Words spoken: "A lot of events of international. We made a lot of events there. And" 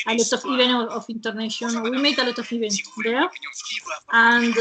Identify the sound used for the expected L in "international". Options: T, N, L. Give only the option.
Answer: N